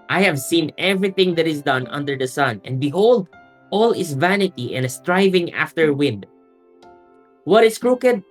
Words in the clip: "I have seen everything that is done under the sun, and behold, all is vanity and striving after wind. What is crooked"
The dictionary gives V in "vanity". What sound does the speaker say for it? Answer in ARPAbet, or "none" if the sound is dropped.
V